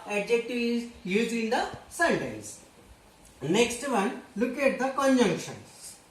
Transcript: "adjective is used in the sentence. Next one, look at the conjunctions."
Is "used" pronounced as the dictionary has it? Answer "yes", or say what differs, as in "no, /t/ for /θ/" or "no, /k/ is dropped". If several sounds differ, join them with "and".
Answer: no, /d/ is dropped